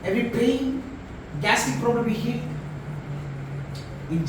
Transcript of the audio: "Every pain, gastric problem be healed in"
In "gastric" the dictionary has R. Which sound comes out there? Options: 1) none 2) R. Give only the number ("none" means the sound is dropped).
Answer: 1